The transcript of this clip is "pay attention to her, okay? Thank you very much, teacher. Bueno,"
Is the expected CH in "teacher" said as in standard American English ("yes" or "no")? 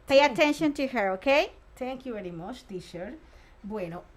no